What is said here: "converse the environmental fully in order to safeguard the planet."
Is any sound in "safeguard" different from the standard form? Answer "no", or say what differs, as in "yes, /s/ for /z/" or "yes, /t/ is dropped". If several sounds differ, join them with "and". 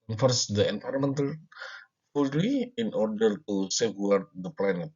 yes, /f/ is dropped